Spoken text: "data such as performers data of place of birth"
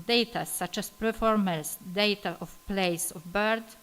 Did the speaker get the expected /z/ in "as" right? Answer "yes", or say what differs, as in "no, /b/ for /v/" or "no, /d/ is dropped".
no, /s/ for /z/